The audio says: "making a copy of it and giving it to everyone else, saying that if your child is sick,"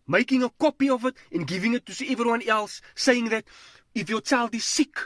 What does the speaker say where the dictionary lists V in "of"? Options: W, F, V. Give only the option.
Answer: V